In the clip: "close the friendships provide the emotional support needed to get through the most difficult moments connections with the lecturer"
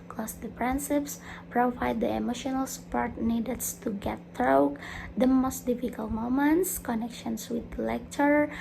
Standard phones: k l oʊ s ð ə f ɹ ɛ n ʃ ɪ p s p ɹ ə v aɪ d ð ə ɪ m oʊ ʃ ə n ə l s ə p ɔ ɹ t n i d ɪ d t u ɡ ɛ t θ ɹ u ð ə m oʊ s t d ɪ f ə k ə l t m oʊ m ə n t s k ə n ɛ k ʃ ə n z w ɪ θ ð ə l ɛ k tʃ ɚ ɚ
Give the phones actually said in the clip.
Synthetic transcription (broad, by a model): k l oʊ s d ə p ɹ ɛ n s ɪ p s p ɹ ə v aɪ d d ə ɪ m oʊ ʃ ə n ə l s ə p ɔ ɹ t n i d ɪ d t u ɡ ɛ t ɹ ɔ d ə m oʊ s t d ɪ f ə k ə l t m oʊ m ə n t s k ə n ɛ k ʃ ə n s w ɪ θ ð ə l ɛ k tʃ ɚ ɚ